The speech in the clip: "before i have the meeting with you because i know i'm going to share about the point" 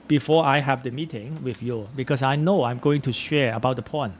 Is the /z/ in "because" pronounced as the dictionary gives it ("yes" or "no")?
no